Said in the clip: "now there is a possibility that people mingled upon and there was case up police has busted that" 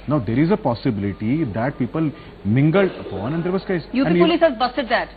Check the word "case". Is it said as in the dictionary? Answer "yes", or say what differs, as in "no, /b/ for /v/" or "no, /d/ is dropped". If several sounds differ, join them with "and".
no, /s/ is dropped